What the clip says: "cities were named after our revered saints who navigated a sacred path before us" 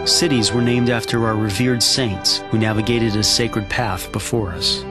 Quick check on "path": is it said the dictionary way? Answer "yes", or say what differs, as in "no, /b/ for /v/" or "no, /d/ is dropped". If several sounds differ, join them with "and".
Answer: yes